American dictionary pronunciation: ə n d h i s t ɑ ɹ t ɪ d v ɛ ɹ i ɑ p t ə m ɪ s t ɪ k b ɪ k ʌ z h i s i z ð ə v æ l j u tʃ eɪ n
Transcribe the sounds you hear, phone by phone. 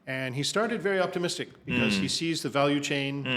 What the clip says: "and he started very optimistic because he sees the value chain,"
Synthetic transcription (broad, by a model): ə n i s t ɑ ɹ t ɪ d v ɛ ɹ i ɑ p t ə m ɪ s t ɪ k b ɪ k ʌ z h i s i z ð ə v æ l j u tʃ eɪ n